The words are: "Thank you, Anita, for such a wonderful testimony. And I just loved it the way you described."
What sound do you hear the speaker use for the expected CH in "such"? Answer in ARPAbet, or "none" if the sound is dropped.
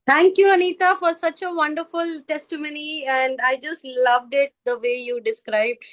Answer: CH